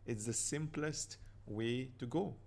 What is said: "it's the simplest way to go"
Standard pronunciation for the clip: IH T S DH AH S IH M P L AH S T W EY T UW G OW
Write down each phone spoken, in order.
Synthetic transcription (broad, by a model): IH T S DH AH S IH M P L AH S T W EY T UW G OW